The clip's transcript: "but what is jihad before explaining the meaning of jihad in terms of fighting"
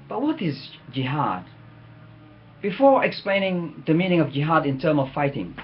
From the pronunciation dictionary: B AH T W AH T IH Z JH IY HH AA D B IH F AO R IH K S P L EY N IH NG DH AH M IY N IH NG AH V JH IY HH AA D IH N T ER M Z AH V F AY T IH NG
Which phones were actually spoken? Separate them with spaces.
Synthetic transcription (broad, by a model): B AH T W AH T IH Z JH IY HH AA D B IH F AO R IH K S P L EY N IH NG DH AH M IY N IH NG AH V JH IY HH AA D IH N T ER M AH V F AY T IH NG